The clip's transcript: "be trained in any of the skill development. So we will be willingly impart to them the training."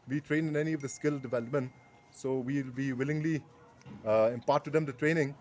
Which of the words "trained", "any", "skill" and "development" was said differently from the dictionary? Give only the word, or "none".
none